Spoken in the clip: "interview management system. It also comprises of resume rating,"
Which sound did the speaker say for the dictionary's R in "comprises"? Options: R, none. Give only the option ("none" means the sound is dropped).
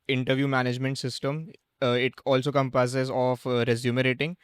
none